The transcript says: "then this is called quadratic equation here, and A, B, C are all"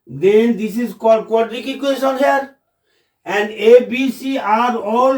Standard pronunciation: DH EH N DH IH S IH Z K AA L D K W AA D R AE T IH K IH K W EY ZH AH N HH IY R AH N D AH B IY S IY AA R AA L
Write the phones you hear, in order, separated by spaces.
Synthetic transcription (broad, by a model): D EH N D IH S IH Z K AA D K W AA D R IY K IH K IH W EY SH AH N HH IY R AH N D AH B IY S IY AA R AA L